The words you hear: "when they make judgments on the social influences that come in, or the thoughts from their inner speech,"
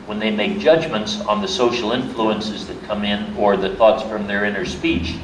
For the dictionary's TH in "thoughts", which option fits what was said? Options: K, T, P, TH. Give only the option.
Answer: TH